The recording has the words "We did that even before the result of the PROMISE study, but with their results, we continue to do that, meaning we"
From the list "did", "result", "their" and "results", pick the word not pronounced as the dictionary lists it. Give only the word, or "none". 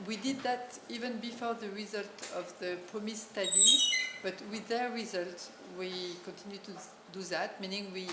results